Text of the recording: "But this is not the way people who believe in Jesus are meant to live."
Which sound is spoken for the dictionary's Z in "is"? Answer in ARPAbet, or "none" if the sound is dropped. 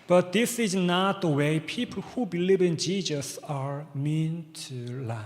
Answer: Z